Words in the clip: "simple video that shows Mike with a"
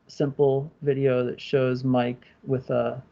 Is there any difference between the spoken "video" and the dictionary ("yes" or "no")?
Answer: no